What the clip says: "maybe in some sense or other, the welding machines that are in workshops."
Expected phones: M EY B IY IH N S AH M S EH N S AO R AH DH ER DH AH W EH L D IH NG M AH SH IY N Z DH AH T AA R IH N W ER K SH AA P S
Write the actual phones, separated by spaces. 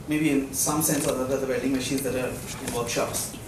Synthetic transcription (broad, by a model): M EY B IY IH N S AH M S EH N S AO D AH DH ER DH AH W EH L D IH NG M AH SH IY N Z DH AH T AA R IH N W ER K SH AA P S